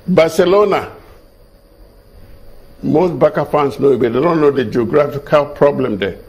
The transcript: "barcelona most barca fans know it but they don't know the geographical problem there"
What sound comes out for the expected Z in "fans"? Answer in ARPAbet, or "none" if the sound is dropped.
S